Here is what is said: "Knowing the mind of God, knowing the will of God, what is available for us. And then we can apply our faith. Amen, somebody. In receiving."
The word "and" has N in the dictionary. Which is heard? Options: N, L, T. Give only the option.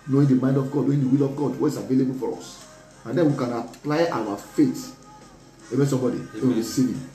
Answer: N